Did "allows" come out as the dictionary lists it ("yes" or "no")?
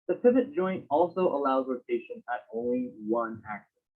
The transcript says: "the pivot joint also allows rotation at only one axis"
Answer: yes